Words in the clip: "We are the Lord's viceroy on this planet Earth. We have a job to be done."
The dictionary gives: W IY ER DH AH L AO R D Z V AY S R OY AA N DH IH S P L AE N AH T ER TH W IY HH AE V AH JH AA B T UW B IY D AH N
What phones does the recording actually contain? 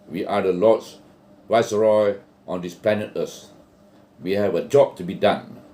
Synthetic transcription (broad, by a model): W IY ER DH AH L AO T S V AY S R OY AA N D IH S P L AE N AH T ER S W IY HH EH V AH JH AA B T UW B IY D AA N